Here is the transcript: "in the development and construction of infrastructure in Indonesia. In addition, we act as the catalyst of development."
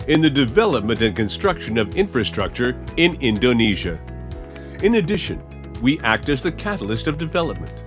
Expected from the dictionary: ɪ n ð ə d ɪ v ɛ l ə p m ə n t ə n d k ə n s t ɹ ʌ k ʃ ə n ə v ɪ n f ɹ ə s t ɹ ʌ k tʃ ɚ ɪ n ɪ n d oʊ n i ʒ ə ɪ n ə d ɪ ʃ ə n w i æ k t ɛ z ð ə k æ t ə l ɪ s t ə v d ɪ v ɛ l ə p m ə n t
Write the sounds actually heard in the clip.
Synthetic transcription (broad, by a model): ɪ n ð ə d ɪ v ɛ l ə p m ə n t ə n k ə n s t ɹ ʌ k ʃ ə n ə v ɪ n f ɹ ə s t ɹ ʌ k tʃ ɚ ɪ n ɪ n d oʊ n i ʒ ə ɪ n ə d ɪ ʃ ə n w i æ k t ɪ z ð ə k æ t l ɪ s t ə v d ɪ v ɛ l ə p m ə n t